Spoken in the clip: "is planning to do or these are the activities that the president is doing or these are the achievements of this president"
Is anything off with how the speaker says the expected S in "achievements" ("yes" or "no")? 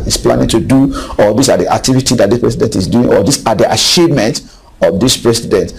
yes